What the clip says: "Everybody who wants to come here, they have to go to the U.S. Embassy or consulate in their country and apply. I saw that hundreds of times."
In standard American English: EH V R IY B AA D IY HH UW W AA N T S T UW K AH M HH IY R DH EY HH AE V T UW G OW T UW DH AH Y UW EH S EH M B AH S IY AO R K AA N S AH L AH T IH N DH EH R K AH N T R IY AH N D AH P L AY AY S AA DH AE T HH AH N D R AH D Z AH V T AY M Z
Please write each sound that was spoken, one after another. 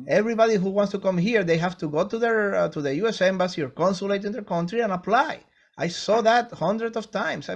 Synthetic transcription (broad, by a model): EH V R IY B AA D IY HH UW W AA N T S T UW K AH M HH IY R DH EY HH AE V T UW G OW T UW DH AH Y UW EH S EH M B AH S IY AO R K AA N S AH L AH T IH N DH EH R K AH N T R IY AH N AH P L AY AY S AA DH AE T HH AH N D R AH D S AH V T AY M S